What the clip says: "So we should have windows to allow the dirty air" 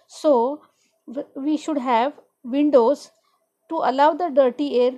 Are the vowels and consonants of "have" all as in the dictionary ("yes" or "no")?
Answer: yes